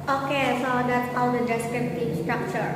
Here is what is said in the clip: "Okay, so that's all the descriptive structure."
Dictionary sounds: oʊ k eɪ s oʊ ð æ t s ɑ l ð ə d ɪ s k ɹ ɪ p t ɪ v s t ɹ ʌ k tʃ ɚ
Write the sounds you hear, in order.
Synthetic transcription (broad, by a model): oʊ k eɪ s oʊ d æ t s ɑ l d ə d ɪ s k ɪ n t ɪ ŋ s t ɹ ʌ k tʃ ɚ